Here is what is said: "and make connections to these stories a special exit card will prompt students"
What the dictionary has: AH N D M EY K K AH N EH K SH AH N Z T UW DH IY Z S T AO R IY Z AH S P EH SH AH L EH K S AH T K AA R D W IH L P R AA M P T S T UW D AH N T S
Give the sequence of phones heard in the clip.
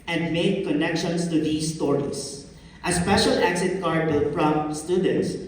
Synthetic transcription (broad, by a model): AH N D M EY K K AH N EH K SH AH N S T UW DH IY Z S T AO R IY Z AH S P EH SH AH L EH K S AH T K AA R D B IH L F R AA M S T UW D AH N T S